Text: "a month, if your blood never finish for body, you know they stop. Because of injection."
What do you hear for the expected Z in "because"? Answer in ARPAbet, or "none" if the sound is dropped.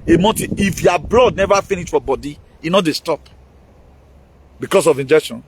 S